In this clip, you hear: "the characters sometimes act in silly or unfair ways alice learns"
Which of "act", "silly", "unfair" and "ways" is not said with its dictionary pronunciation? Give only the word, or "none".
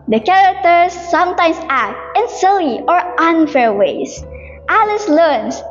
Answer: ways